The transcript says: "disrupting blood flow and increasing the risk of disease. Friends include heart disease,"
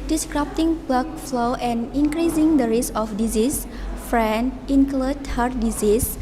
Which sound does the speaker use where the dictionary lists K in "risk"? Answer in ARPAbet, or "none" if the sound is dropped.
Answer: none